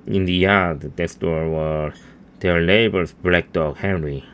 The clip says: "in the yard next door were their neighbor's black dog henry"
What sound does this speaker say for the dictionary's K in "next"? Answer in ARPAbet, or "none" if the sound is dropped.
none